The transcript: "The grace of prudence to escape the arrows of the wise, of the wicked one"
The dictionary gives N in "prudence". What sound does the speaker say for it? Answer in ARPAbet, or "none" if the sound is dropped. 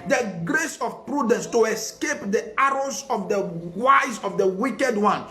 N